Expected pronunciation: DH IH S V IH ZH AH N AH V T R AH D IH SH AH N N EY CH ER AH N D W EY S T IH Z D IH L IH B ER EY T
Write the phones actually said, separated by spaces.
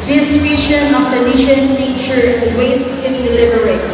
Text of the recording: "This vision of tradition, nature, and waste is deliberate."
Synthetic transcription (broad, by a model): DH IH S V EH SH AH N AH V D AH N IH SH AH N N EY CH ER AH N D W EY S T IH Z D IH L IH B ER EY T